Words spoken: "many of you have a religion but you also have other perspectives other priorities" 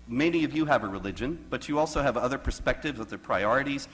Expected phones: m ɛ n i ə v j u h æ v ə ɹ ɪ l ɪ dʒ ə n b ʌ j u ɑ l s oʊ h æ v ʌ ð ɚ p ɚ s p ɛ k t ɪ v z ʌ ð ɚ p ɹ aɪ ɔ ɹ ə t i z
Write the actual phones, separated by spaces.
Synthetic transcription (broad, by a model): m ɛ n i ə v j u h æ v ə ɹ ɪ l ɪ dʒ ə n b ʌ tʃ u ɑ l s oʊ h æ v ʌ ð ɚ p ɚ s p ɛ k t ɪ v z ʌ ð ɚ p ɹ aɪ ɔ ɹ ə t i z